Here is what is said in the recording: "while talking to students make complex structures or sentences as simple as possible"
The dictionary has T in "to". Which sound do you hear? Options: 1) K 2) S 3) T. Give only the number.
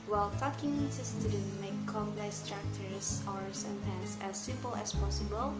2